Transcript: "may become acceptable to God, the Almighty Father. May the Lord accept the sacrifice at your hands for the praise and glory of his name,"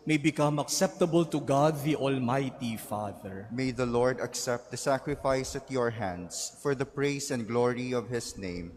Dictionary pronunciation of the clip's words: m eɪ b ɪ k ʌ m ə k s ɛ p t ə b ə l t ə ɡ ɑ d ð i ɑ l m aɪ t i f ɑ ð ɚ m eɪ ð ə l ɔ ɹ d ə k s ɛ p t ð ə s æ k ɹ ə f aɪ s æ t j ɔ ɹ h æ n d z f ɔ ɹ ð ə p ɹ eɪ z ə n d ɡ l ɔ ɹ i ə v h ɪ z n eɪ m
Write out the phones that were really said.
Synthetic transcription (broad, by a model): m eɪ b ɪ k ʌ m ə k s ɛ p t ə b ə l t ə ɡ ɑ d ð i ɑ l m aɪ t i f ɑ ð ɚ m eɪ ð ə l ɔ ɹ d ə k s ɛ p t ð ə s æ k ɹ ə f aɪ s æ t j ɔ ɹ h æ n d s f ɔ ɹ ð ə p ɹ eɪ s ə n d ɡ l ɔ ɹ i ə v h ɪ s n eɪ m